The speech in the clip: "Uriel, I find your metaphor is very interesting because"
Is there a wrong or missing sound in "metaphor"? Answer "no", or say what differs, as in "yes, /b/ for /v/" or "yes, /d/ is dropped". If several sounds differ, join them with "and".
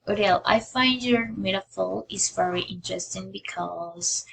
yes, /l/ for /ɹ/